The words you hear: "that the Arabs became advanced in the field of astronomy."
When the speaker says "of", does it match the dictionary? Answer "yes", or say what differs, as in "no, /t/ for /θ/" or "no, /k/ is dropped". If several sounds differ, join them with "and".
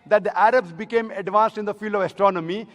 yes